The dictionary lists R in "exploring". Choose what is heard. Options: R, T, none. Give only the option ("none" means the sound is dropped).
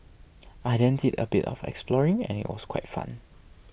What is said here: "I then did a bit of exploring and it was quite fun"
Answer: R